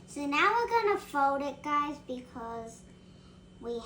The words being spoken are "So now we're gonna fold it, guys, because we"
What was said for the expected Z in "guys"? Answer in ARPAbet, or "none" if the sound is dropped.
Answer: Z